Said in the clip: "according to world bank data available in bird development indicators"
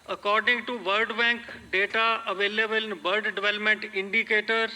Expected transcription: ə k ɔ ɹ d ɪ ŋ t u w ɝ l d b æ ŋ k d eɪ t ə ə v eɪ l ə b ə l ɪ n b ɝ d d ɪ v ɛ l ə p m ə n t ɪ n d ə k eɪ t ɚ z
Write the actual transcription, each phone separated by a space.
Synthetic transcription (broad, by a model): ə k ɔ ɹ d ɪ ŋ t u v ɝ d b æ ŋ k d eɪ t ə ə v eɪ l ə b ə l ɪ n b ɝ d d ɪ v ɛ l ə p m ə n t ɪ n d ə k eɪ t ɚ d